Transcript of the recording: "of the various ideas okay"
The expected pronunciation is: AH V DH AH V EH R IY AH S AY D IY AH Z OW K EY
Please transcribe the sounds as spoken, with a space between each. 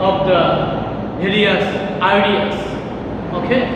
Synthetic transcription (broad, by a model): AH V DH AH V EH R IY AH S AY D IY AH S OW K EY